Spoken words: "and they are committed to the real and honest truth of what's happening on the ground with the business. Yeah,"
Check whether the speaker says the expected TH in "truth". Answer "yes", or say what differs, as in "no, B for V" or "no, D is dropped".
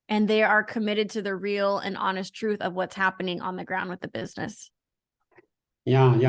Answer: yes